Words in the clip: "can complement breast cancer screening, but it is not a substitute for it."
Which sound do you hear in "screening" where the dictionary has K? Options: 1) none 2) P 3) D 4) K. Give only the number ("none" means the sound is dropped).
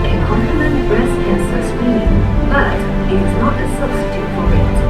1